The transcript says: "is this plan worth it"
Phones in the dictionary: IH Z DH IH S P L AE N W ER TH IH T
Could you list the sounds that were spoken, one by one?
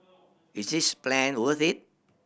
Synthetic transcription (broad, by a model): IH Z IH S P L AE N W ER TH IH T